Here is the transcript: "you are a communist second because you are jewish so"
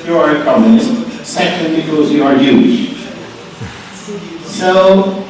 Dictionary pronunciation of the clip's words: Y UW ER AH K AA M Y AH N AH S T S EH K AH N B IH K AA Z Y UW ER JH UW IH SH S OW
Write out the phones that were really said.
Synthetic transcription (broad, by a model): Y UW ER AH K AA M Y AH N AH S T S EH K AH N B IH K AA Z Y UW ER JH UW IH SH S OW